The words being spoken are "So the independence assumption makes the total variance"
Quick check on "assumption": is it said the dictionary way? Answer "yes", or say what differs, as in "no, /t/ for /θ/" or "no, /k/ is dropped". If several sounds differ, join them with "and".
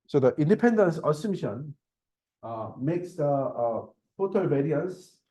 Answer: no, /p/ is dropped